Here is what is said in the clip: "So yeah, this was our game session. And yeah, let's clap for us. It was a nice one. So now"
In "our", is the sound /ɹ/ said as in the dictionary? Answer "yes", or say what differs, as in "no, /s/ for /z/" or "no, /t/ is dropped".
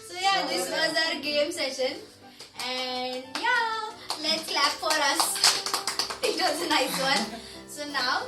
yes